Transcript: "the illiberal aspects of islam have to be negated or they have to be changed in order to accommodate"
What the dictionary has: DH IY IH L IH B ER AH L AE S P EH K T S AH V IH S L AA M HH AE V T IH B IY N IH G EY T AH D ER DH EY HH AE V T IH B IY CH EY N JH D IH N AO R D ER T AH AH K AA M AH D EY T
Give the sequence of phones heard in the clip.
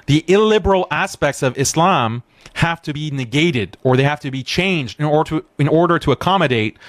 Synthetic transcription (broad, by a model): DH IY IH L IH B ER L AE S P EH K T S AH V IH S L AA M HH AE F T IH B IY N IH G EY T AH D ER DH EY HH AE F T IH B IY CH EY N JH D IH N AO R D ER T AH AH K AA M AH D EY T